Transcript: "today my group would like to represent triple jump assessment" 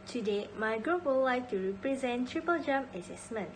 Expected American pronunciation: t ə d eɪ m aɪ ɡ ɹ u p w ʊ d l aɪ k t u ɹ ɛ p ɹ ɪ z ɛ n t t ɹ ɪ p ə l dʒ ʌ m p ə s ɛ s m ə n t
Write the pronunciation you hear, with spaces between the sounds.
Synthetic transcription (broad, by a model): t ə d eɪ m aɪ ɡ ɹ u p w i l l aɪ k t u ɹ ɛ p ɹ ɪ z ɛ n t t ɹ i p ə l dʒ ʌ m ə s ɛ s m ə n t